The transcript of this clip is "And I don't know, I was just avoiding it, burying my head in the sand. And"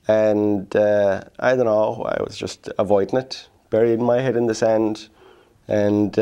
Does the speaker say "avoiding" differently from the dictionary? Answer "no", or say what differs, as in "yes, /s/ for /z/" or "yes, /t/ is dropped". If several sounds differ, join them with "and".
no